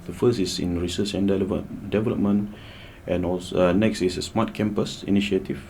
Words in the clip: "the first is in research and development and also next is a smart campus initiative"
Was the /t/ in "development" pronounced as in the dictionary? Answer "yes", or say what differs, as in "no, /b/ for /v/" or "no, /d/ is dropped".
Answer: yes